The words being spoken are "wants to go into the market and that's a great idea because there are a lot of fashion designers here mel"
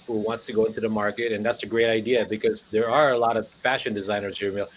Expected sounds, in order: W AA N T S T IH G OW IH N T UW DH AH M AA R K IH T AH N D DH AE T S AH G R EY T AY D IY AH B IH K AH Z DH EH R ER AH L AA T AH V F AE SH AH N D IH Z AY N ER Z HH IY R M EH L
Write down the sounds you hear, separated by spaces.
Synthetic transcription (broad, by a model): W AA N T S T IH G OW IH N T UW DH AH M AA R K IH T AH N DH AE T S AH G R EY T AY D IY AH B IH K AH Z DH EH R ER AH L AA T AH V F AE SH AH N D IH Z AY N ER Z HH IY R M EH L